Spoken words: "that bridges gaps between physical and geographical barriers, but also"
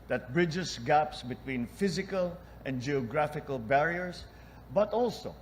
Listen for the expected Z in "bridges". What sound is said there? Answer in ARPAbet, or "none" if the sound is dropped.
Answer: S